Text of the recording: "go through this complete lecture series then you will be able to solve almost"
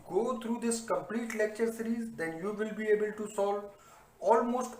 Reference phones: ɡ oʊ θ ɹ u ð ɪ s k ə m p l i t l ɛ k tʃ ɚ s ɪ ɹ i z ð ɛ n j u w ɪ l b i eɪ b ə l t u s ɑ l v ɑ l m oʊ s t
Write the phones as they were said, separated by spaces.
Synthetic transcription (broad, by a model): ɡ oʊ t ɹ u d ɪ s k ə m p l i t l ɛ k tʃ ɚ s ɪ ɹ i z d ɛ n j u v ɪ l b i eɪ b ə l t u s ɑ l v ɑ l m oʊ s t